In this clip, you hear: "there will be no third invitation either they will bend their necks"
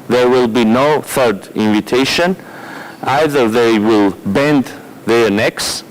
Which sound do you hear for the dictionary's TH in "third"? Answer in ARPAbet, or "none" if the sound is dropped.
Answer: TH